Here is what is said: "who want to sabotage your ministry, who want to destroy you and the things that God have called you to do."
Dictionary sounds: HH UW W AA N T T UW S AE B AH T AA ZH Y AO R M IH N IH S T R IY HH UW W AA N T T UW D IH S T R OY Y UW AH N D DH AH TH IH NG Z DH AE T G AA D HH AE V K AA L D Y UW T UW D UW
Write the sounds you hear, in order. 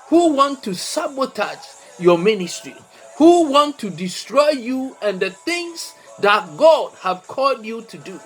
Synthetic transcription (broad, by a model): HH UW W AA N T T UW S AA B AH T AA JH Y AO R M IH N IH S T R IY HH UW W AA N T T UW D IH S T R OY Y UW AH N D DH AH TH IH NG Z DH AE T G AA D HH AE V K AA L D Y UW T UW D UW